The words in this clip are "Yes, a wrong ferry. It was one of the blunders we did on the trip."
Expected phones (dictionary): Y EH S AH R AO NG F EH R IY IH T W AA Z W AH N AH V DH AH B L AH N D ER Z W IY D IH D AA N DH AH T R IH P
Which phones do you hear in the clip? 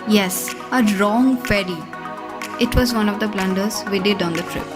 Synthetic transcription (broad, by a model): Y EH S AH R AO NG P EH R IY IH T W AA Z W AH N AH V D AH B L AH N D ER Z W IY D IH D AA N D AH T R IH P